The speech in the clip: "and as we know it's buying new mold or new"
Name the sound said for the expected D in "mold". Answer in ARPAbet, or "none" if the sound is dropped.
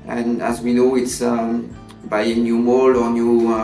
none